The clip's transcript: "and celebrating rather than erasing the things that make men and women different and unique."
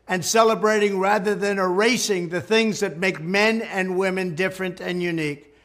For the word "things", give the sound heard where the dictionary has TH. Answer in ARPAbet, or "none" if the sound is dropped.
TH